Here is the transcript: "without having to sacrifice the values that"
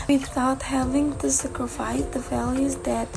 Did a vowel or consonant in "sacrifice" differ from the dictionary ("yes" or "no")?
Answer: no